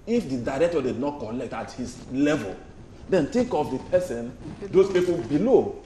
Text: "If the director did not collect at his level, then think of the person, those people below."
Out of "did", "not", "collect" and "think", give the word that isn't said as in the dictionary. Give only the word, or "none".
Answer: think